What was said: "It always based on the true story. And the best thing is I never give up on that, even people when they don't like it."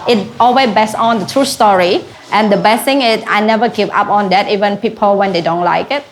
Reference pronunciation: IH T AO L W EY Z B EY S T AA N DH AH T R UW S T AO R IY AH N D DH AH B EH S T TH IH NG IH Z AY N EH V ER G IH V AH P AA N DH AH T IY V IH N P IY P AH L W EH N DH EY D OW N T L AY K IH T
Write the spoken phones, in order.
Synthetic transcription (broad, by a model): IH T AO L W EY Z B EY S AA N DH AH T R UW S T AO R IY AH N D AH B EH S T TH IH NG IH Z AY N EH V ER G IH V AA P AA N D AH T IY V IH N P IY P AH L W EH N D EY D OW N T L AY K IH T